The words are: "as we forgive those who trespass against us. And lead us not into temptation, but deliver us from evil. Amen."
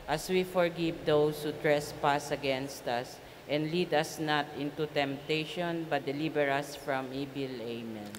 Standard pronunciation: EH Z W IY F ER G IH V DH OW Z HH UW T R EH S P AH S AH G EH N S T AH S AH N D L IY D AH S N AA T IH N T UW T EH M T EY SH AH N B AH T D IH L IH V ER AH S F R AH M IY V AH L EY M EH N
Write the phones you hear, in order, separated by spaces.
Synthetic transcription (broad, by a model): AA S W IY F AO G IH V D OW S HH UW T R EH S P AH S AH G EH N S T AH S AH N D L IY D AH S N AA T IH N T UW T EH M T EY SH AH N B AH T D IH L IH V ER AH S F R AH M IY B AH L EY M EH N